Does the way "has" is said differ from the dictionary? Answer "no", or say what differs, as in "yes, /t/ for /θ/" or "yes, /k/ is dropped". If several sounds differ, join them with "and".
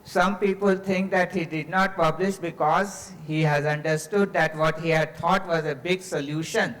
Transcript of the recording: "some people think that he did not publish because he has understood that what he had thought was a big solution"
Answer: no